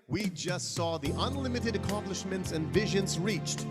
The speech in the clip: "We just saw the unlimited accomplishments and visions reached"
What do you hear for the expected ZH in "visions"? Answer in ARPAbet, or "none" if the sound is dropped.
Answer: ZH